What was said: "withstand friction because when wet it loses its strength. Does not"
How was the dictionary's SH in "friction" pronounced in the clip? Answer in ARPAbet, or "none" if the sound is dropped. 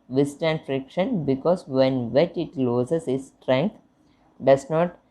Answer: SH